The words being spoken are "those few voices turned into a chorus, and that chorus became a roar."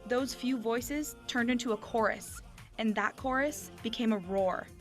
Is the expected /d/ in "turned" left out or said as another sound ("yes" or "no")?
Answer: no